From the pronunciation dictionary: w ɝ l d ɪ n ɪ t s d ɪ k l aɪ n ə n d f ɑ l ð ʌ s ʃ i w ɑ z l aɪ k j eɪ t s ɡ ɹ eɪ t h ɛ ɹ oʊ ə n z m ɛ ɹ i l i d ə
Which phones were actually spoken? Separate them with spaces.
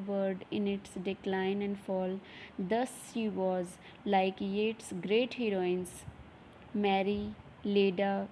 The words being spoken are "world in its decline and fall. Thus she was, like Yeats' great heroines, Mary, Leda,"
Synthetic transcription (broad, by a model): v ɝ d ɪ n ɪ t s d ɪ k l aɪ n ə n d f ɑ l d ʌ s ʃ i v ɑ z l aɪ k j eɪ t s ɡ ɹ eɪ t h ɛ ɹ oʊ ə n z m ɛ ɹ i l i d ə